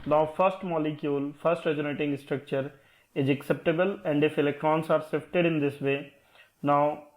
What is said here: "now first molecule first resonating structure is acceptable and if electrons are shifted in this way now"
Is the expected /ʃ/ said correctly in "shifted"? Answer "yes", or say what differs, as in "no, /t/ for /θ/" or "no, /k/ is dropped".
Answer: no, /s/ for /ʃ/